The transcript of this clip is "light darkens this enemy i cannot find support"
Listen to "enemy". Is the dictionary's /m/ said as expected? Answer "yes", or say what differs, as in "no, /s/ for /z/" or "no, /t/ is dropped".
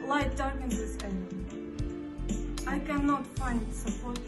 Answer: no, /m/ is dropped